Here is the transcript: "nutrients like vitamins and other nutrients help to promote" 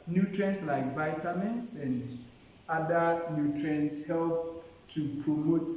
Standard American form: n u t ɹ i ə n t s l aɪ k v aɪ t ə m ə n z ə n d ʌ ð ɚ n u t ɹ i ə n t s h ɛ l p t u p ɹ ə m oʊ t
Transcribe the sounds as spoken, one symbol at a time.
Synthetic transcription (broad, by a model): n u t ɹ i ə n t s l aɪ k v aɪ t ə m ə n s ə n d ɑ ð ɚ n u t ɹ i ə n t s h ɛ l p t u p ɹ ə m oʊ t